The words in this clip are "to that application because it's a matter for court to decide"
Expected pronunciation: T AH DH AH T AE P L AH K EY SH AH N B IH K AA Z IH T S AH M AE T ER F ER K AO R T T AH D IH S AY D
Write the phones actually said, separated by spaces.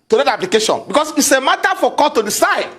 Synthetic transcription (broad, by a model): T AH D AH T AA P L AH K EY SH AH N B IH K AA S IH T S AH M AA T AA F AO K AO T T AH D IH S AY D